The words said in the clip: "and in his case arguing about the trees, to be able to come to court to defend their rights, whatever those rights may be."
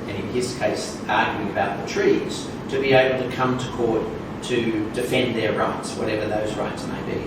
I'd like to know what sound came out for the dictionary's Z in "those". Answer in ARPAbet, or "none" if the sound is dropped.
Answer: Z